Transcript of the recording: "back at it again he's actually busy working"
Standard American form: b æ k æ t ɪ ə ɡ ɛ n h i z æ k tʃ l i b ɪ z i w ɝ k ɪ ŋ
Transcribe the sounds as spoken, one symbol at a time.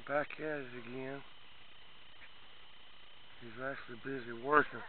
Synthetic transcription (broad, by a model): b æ k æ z ɪ ɡ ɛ n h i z æ k tʃ l i b ɪ z i w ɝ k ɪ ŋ